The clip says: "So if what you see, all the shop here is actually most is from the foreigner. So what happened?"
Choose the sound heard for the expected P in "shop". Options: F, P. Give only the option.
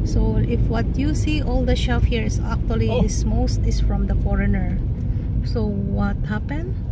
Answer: F